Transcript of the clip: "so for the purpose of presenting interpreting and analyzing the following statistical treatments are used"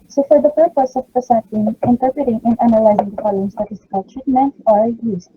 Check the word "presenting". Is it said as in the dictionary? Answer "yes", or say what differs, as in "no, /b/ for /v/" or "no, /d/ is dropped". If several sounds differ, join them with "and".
no, /s/ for /z/ and /n/ is dropped